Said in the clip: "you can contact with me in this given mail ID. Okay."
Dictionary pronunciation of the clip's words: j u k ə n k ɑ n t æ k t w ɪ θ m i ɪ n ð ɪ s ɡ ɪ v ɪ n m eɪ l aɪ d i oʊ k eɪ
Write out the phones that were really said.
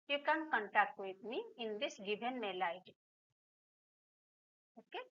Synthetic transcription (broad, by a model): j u k ə n k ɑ n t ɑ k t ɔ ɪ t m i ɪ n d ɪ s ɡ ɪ b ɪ n m eɪ l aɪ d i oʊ k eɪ